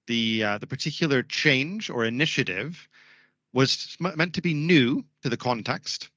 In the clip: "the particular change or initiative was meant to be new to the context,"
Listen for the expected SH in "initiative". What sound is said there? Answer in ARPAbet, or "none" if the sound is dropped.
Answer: SH